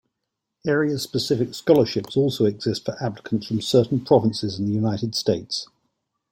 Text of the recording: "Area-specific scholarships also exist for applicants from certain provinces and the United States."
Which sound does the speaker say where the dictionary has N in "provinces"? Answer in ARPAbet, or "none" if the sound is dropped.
N